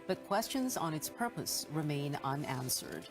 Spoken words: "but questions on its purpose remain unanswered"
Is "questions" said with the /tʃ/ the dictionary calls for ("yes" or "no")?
yes